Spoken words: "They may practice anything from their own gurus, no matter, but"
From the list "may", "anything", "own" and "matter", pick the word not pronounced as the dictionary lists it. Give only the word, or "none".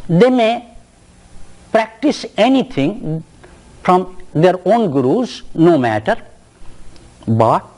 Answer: anything